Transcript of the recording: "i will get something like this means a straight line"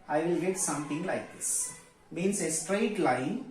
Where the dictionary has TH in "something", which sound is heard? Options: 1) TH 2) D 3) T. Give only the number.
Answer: 3